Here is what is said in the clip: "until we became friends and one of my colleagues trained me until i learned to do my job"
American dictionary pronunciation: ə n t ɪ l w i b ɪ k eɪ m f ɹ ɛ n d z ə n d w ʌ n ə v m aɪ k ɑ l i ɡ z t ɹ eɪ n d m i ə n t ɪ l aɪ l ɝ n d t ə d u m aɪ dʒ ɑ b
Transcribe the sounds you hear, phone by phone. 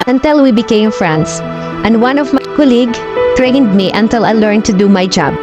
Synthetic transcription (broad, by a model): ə n t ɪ l w i b ɪ k eɪ m f ɹ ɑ n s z ə n d w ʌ n ə v m aɪ k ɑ l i ɡ t ɹ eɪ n d m i ə n t ɪ l aɪ l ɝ n t ə d u m aɪ dʒ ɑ b